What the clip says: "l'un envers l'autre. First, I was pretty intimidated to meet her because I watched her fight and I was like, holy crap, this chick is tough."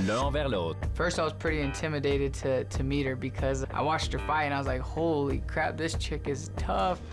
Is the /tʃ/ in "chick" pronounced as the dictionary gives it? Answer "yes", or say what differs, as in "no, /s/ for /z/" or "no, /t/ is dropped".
yes